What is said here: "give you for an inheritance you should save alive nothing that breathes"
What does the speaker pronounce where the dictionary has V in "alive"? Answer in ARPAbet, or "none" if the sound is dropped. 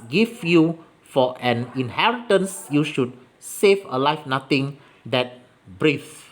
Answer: F